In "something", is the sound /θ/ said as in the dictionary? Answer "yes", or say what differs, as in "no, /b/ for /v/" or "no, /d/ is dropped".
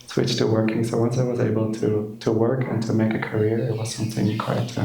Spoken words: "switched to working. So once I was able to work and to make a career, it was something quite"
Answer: yes